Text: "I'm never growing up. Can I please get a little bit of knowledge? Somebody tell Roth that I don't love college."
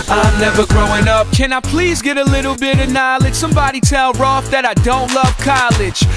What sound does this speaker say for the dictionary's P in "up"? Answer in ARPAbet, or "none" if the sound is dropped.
P